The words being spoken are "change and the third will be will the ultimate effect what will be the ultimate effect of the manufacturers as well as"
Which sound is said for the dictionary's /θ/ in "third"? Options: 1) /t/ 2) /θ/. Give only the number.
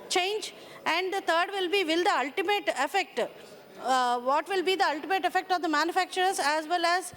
1